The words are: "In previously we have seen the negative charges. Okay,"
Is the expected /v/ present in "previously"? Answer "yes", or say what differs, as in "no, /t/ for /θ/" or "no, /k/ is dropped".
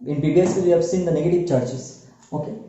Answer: no, /b/ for /v/